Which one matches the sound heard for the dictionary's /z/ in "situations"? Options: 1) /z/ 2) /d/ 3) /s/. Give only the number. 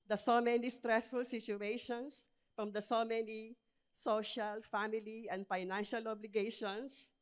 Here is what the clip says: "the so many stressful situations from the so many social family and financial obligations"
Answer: 3